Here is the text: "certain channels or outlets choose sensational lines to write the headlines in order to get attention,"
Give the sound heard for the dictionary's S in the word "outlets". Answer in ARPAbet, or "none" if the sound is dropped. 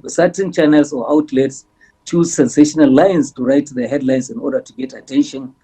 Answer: S